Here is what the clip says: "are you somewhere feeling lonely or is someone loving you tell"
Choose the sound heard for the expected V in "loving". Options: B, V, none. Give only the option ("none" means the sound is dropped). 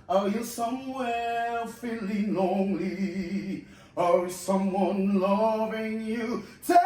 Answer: V